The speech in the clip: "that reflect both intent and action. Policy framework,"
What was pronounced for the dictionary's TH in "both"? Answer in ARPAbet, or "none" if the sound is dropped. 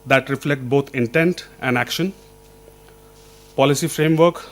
T